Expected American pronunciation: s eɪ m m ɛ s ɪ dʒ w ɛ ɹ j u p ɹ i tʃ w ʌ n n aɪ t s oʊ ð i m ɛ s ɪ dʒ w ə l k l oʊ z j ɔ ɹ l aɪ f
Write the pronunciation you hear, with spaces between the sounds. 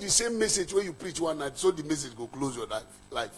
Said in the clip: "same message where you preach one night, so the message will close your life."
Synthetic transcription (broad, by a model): s eɪ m m ɛ s ɪ dʒ w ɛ j u p ɹ i tʃ w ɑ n n aɪ t s oʊ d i m ɛ s ɪ dʒ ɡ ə k l oʊ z j ɔ l l aɪ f